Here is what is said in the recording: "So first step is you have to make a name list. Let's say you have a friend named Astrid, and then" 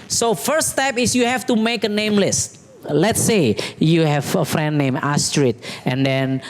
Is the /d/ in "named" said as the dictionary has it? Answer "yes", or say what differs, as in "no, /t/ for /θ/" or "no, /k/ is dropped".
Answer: no, /d/ is dropped